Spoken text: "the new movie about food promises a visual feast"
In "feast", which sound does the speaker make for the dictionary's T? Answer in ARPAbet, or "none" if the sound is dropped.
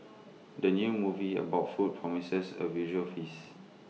none